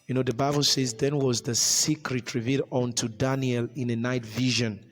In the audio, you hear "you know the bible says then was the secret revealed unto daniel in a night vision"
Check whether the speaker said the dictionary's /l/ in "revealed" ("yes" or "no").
no